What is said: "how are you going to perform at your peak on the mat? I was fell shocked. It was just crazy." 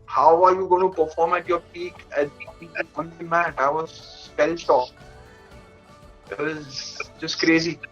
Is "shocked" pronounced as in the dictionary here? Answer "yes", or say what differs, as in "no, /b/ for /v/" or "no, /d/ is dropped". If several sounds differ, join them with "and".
no, /t/ is dropped